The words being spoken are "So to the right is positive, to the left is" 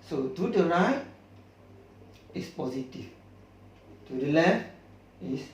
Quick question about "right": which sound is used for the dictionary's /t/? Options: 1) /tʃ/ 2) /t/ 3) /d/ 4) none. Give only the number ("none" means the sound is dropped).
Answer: 4